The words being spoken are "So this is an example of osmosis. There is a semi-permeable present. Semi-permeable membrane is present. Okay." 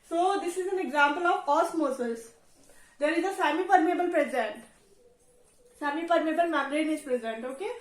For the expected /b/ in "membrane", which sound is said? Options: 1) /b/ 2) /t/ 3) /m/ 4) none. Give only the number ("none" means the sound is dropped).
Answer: 4